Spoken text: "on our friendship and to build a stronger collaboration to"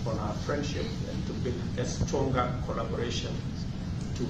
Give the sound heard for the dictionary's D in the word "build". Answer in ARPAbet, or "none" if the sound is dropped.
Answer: none